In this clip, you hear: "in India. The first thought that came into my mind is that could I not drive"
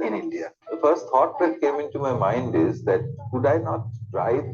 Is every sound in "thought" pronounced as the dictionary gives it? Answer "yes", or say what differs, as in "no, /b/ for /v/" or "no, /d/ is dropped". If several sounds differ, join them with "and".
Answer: no, /t/ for /θ/